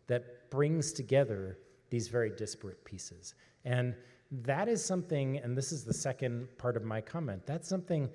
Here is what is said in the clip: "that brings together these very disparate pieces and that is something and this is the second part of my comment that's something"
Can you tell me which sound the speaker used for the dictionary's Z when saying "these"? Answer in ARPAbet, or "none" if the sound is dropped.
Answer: Z